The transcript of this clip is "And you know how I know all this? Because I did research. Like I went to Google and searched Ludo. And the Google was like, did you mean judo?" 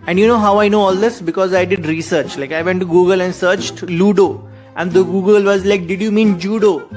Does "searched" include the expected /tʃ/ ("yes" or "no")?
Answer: yes